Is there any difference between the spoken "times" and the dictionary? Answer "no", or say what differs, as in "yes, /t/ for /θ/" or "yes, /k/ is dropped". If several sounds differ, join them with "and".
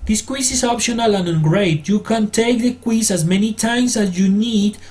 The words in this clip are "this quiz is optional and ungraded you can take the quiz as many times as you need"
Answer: yes, /s/ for /z/